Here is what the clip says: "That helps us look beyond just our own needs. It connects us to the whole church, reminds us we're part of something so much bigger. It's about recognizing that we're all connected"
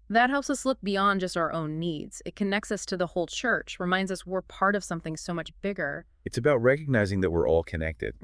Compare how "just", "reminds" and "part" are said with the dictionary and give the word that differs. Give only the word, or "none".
none